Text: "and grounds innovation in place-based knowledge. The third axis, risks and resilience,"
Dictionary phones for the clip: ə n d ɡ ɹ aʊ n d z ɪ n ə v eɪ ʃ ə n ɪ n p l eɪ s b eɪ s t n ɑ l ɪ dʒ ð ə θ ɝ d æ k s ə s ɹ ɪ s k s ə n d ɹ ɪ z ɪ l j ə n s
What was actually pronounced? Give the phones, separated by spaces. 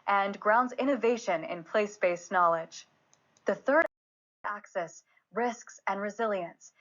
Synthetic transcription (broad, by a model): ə n ɡ ɹ aʊ n d z ɪ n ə v eɪ ʃ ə n ɪ n p l eɪ s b eɪ s n ɑ l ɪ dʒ ð ə θ ɝ d æ k s ə s ɹ ɪ s k s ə n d ɹ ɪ z ɪ l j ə n s